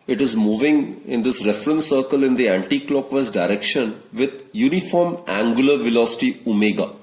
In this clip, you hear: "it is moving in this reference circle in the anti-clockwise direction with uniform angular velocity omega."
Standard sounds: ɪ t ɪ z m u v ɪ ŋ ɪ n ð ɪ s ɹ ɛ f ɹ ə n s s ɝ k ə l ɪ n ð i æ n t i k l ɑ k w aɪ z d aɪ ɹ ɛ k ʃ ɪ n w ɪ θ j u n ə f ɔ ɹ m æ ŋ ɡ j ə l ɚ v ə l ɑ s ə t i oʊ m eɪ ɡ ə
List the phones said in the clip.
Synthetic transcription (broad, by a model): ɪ t ɪ z m u v ɪ ŋ ɪ n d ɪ s ɹ ɛ f ɹ ə n s s ɝ k ə l ɪ n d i æ n t i k l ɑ k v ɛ s d aɪ ɹ ɛ k ʃ ɪ n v ɪ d j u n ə f ɔ ɹ m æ ŋ ɡ j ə l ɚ v ə l ɑ s ə t i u m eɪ ɡ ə